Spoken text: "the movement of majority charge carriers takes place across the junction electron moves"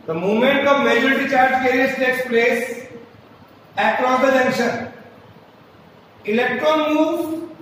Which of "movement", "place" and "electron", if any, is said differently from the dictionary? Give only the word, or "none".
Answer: movement